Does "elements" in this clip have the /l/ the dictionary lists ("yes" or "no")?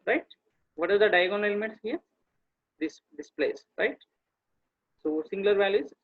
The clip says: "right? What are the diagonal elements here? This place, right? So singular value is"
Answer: no